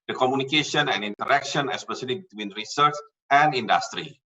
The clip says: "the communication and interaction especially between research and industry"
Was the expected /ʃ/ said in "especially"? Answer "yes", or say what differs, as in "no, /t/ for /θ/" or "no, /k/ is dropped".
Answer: no, /s/ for /ʃ/